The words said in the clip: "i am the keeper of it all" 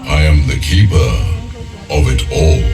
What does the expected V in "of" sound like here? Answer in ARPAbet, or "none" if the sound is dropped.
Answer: V